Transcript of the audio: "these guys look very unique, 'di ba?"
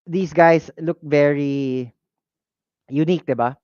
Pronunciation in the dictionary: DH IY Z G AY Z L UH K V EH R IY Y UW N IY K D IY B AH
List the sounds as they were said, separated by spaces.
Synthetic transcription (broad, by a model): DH IY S G AY S L UH K V EH R IY Y UW N IY K D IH B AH